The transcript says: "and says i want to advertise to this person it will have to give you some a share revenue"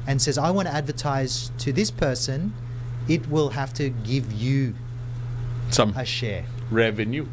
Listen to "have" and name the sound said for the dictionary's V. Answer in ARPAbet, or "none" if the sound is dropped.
F